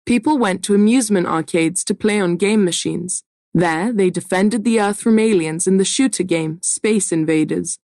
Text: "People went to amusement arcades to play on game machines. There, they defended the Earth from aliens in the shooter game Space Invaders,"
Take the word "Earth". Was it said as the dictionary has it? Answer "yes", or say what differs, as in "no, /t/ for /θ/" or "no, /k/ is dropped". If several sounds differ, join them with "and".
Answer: yes